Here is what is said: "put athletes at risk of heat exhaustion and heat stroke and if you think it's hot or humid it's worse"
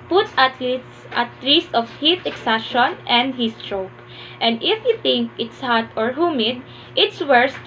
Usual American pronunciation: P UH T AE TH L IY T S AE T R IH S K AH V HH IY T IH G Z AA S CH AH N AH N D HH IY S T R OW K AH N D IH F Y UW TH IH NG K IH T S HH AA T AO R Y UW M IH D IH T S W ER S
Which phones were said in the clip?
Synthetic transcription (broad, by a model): P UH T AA T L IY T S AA T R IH S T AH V HH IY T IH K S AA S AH N AH N D HH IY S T R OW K AH N D IH F Y UW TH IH NG K IH T S HH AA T AO R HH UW M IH D IH T S W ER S